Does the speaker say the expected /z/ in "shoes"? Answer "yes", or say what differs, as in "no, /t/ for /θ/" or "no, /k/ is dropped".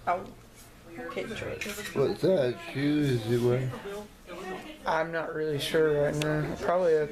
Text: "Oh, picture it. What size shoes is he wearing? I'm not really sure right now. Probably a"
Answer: no, /z/ is dropped